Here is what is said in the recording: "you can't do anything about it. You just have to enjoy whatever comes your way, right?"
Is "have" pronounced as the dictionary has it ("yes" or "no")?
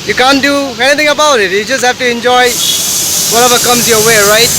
no